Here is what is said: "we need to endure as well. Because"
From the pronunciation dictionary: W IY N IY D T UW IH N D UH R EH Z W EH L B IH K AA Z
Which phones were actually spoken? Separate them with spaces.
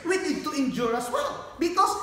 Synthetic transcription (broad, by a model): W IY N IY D T UW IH N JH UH R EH S W EH L B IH K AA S